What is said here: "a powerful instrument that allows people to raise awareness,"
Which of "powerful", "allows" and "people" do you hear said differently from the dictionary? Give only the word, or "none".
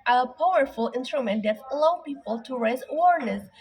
allows